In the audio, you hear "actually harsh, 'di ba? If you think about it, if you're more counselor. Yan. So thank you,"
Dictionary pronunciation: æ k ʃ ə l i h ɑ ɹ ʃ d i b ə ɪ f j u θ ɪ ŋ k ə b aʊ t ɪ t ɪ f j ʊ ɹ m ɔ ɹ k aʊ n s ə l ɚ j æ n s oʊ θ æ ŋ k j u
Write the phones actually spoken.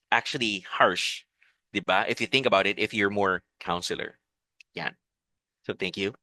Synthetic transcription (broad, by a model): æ k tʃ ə l i h ɑ ɹ ʃ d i b ə ɪ f j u θ ɪ ŋ k ə b aʊ t ɪ t ɪ f j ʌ ɹ m ɔ ɹ k aʊ n s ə l ɚ j æ n s oʊ θ æ ŋ k j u